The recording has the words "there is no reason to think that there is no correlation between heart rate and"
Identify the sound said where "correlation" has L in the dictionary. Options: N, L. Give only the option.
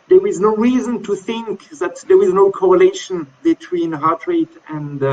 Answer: L